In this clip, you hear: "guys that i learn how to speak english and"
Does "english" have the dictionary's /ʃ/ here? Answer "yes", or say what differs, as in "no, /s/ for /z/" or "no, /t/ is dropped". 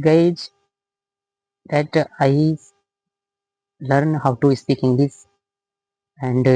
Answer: no, /s/ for /ʃ/